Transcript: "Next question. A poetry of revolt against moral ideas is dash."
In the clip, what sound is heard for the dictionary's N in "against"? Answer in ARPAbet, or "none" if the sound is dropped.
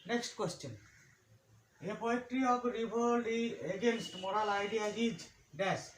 N